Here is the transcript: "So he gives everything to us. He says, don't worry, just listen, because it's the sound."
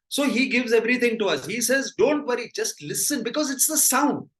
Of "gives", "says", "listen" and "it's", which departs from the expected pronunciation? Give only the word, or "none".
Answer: none